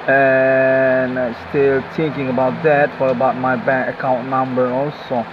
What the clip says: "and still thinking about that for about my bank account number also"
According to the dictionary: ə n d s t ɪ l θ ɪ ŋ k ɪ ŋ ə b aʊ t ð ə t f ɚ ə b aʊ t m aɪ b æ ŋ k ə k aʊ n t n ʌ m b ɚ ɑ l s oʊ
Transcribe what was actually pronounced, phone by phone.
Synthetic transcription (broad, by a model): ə n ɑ s t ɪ l t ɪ ŋ k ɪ ŋ ə b aʊ t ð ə t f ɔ ə b aʊ t m aɪ b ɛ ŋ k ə k aʊ n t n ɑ m b ɚ ɑ l s oʊ